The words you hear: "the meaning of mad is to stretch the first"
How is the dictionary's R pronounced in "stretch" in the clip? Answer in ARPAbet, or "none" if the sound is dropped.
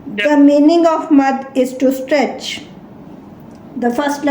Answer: R